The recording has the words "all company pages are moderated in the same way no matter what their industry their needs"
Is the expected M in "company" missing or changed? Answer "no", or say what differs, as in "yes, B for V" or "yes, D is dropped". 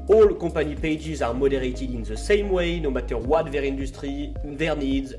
yes, M is dropped